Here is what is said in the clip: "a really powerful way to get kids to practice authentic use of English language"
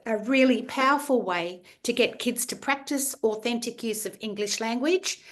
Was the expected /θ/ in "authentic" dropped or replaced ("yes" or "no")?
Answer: no